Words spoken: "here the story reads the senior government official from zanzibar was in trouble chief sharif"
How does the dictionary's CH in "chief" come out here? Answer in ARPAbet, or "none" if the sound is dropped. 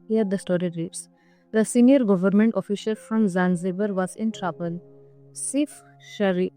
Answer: S